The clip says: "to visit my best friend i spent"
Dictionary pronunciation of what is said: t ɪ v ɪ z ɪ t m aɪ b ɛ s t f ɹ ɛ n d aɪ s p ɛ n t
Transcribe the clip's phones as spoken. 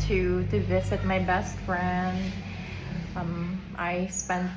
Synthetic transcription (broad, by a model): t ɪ v ɪ z ɪ t m aɪ b ɛ s t f ɹ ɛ n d aɪ s p ɛ n